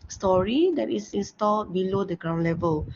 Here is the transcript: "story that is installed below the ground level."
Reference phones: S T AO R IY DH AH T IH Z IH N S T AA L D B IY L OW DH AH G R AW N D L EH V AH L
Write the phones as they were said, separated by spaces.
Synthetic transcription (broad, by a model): S T AO R IY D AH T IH S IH N S T AA L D B IY L OW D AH G R AW N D L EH V AH L